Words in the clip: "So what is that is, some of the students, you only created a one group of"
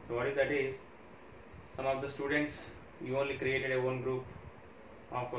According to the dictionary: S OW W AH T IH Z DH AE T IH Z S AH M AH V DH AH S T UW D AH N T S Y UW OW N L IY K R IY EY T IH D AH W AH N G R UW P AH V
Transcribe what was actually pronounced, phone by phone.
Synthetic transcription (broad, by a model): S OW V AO T IH Z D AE T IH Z S AH M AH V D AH S T UW D AH N T S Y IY OW N L IY K R IY EY T IH D AH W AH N G R UW P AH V